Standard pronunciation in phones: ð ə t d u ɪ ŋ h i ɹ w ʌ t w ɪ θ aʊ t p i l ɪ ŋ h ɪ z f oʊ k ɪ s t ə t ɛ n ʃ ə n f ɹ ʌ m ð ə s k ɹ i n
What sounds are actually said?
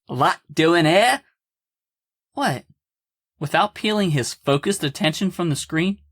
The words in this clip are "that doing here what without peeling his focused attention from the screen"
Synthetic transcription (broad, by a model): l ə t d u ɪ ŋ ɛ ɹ w ʌ t w ɪ θ aʊ t p i l ɪ ŋ ɪ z f oʊ k ɪ s t ə t ɛ n ʃ ə n f ɹ ʌ m ð ə s k ɹ i n